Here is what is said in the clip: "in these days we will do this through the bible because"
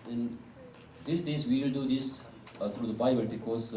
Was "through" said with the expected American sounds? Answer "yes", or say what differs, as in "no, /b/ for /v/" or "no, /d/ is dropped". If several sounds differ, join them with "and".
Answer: no, /t/ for /θ/